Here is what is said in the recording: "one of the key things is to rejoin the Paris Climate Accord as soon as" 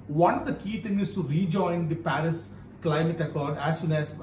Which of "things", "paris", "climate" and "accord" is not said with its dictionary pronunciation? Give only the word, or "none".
things